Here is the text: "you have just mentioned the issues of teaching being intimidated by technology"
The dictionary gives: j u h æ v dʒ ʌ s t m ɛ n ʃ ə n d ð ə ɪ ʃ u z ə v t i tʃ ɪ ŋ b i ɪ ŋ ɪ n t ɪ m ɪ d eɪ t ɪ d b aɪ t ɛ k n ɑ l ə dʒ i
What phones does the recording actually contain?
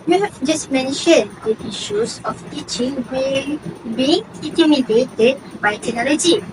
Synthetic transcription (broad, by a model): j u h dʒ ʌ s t m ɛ n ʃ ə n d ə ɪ ʃ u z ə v t i tʃ ɪ ŋ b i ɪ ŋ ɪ t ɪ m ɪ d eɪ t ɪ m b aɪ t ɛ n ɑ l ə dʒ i